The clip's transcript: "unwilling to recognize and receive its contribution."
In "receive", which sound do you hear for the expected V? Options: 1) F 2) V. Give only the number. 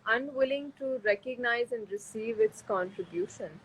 2